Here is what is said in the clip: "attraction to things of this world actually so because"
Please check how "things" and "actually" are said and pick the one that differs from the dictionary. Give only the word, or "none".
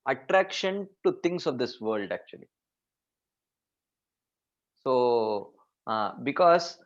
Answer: things